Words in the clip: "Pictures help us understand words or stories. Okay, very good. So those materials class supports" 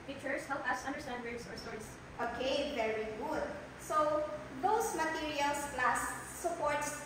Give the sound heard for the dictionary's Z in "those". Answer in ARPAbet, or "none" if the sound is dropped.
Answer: S